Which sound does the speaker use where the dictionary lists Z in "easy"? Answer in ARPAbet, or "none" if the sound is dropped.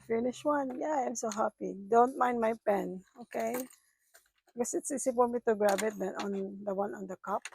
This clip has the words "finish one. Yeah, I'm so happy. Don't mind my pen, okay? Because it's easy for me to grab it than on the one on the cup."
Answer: S